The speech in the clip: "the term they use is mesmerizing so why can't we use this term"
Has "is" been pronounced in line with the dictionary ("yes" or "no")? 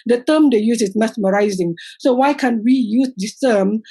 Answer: no